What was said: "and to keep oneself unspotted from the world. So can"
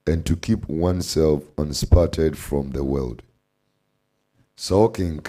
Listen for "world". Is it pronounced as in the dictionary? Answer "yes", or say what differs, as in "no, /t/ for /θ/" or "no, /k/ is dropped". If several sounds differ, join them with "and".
yes